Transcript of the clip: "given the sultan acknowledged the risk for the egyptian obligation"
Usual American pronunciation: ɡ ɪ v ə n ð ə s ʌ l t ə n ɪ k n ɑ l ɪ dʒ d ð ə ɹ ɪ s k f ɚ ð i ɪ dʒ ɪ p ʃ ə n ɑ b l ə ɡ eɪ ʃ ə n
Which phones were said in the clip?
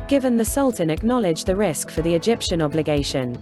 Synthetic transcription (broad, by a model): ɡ ɪ v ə n ð ə s ʌ l t ə n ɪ k n ɑ l ɪ dʒ ð ə ɹ ɪ s k f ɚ ð i ɪ dʒ ɪ p ʃ ə n ɑ b l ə ɡ eɪ ʃ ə n